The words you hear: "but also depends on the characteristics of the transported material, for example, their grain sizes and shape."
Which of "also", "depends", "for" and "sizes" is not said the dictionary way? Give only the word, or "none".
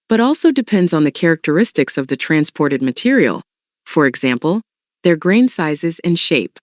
none